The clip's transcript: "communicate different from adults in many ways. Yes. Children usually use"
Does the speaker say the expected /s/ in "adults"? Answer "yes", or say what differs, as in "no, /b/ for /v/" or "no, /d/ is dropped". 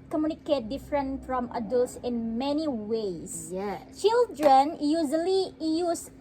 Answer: yes